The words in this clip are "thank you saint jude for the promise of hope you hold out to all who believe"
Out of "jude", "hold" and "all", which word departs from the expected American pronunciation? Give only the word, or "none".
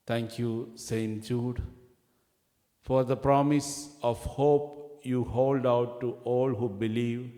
none